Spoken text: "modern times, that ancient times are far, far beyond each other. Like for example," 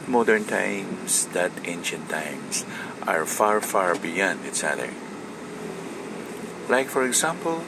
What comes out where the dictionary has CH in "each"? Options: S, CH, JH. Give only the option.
S